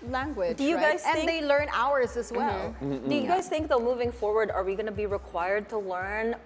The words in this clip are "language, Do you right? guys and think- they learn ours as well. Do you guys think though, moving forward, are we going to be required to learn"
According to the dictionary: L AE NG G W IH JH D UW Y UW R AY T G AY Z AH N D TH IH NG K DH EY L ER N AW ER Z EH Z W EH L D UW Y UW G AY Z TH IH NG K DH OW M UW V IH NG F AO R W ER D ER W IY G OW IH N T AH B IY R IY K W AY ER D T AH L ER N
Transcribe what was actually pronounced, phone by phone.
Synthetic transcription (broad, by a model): L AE NG G W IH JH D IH Y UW G AY Z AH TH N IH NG DH EY L ER N AW ER Z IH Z W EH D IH Y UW G AY Z TH IH NG K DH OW M UW V IH NG F AO R W ER D ER W IY G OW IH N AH B IY R IY K W AY ER D T AH L ER N